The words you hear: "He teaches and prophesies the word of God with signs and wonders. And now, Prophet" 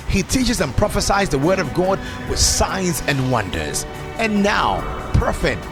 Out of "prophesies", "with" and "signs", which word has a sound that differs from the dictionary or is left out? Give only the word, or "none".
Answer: none